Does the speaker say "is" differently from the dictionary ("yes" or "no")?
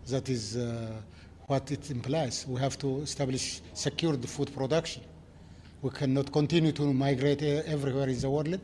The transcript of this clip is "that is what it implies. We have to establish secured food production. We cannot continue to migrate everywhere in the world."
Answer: no